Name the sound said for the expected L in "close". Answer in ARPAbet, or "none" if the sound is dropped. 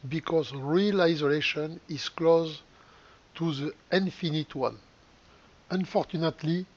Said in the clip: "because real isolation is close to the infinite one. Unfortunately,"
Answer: L